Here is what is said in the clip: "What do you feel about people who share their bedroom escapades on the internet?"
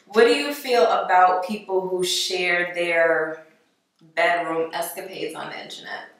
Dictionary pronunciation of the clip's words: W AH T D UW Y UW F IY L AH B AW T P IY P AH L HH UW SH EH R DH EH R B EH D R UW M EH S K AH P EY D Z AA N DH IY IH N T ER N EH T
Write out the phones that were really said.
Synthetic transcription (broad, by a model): W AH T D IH Y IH F IY L AH B AW T P IY P L HH UW SH EH R DH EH R B EH D R UW M EH S K AH P EY D Z N DH IY IH N T ER N EH T